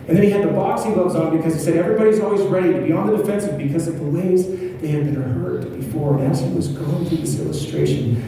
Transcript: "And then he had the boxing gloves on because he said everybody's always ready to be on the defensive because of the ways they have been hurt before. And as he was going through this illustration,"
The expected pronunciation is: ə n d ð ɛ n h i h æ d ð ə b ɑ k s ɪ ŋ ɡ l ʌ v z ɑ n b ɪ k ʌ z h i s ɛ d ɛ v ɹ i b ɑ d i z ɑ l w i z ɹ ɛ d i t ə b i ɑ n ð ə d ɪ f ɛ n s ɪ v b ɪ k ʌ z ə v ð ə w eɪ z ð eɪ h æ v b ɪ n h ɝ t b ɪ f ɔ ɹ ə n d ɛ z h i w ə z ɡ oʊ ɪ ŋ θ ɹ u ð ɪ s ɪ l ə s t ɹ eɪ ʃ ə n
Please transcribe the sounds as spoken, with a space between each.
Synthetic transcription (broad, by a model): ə n ð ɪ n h i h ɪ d ð ə b ɑ k s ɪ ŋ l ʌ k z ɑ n b ɪ k ʌ z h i s ɛ d ɛ v ɹ i b ɑ d i z ɑ l w i z ɹ ɛ d i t b i ɑ n ð ə d ɪ f ɛ n s ɪ v b ɪ k ʌ z ə v ð ə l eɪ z ð eɪ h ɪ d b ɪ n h ɝ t b ɪ f ɔ ɹ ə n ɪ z h i w ə z ɡ oʊ ɪ ŋ θ ɹ u ð ɪ s ɪ l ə s t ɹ eɪ ʃ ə n